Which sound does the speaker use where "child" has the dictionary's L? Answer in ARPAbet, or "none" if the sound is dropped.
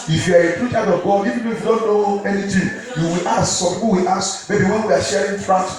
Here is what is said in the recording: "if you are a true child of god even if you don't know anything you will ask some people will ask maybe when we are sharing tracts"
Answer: none